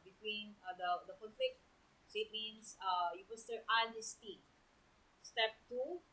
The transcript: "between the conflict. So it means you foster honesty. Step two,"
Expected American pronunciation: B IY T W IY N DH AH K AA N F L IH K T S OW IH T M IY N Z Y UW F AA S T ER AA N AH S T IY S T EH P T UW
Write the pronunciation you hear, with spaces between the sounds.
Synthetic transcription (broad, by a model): B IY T W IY N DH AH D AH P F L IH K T S OW IH T M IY N S Y UW P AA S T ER AA N AH S T IY S T EH P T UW